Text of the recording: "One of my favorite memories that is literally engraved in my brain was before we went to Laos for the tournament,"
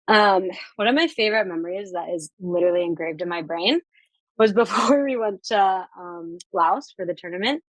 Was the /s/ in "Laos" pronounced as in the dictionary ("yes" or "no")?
yes